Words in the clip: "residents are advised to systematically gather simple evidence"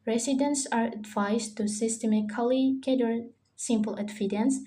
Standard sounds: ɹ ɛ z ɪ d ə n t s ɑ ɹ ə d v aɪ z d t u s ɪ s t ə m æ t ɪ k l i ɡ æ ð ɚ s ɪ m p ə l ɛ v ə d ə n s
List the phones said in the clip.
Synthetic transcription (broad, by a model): ɹ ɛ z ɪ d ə n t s ɑ ɹ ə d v aɪ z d t u s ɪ s t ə m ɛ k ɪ l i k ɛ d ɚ s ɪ m p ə l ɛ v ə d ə n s